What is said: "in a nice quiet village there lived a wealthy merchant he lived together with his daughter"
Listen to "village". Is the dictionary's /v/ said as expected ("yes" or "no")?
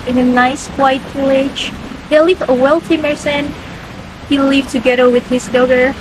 no